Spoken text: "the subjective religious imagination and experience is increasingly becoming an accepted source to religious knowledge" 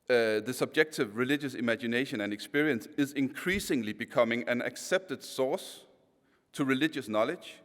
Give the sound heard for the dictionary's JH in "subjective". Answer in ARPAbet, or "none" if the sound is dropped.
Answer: JH